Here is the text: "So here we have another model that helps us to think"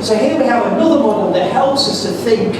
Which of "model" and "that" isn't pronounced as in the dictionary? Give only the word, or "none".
model